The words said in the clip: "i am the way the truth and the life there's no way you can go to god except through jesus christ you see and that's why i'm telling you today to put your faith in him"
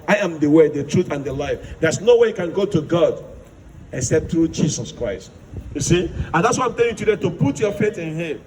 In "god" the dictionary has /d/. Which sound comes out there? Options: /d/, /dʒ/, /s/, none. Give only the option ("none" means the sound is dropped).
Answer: /d/